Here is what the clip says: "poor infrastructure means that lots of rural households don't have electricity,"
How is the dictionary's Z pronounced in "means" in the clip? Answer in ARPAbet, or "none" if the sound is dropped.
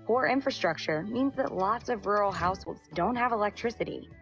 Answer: Z